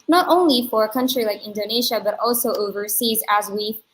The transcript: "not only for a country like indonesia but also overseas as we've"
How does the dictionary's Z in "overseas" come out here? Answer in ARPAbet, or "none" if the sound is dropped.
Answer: Z